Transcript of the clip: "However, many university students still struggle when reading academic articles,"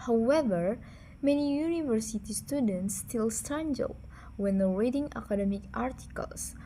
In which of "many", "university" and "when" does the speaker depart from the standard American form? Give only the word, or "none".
none